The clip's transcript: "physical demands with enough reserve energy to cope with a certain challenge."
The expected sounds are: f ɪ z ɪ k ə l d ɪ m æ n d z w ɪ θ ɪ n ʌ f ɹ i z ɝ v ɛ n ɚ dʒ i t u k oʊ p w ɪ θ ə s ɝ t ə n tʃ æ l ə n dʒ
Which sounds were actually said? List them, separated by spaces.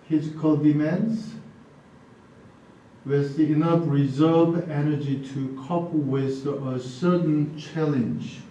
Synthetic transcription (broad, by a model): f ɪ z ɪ k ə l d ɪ m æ n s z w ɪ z ɪ n ʌ f ɹ i z ɝ v ɛ n ɚ dʒ i t u k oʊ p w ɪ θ ə s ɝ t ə n tʃ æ l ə n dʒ